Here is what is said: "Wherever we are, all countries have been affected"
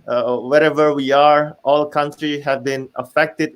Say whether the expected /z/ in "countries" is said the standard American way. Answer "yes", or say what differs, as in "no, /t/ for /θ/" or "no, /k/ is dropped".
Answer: no, /z/ is dropped